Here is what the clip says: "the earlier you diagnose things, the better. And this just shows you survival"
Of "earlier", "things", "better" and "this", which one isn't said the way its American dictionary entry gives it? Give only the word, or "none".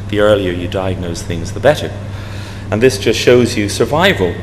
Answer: none